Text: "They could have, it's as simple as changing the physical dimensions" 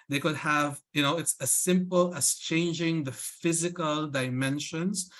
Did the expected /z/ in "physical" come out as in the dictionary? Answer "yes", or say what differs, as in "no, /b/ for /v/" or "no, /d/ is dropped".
yes